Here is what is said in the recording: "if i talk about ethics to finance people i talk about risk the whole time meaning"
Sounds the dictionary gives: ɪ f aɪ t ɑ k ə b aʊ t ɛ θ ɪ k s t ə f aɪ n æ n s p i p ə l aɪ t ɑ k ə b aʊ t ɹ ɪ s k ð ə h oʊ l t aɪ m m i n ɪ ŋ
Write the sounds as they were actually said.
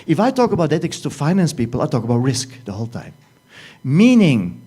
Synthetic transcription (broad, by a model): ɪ f aɪ t ɑ k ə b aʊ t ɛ t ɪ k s t ə f aɪ n æ n s p i p ə l aɪ t ɑ k ə b aʊ t ɹ ɪ s k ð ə h oʊ l t aɪ m m i n ɪ ŋ